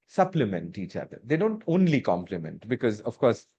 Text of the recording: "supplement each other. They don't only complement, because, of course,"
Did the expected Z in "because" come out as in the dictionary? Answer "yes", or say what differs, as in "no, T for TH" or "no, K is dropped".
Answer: yes